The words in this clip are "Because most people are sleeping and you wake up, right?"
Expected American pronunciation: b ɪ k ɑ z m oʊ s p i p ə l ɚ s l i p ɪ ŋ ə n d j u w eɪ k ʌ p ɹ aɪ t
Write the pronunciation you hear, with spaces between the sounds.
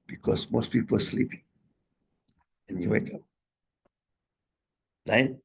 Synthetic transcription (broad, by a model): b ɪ k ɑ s m oʊ s p i p ə l s l i p ɪ ŋ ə n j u w eɪ k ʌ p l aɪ